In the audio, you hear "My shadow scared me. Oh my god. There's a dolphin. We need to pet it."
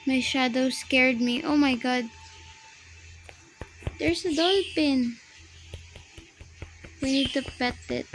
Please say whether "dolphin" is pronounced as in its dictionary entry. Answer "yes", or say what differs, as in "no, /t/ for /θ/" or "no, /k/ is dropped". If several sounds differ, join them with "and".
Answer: no, /p/ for /f/